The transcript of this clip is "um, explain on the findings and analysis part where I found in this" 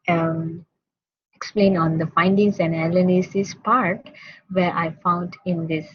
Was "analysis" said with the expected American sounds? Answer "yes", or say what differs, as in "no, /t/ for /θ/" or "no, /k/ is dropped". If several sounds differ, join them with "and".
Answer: no, /l/ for /n/ and /n/ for /l/